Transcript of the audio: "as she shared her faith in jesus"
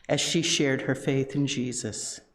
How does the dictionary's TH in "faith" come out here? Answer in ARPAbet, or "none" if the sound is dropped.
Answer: TH